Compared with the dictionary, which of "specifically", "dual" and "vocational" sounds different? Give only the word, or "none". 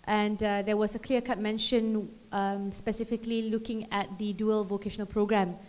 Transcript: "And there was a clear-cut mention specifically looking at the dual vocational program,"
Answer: none